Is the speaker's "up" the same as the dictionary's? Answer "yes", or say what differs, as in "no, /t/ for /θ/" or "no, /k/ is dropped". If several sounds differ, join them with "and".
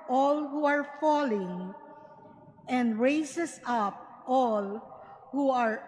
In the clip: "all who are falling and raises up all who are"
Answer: yes